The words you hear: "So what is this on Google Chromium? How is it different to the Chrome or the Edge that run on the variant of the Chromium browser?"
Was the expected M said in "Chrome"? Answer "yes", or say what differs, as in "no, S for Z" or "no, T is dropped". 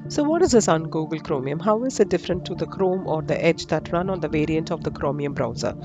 yes